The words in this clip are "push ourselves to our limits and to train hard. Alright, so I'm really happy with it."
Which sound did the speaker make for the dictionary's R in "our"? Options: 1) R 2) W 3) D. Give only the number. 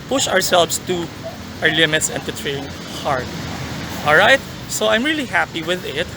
1